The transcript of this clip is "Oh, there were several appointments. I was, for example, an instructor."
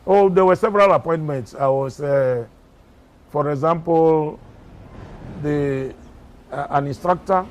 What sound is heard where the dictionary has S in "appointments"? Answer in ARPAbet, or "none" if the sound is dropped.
S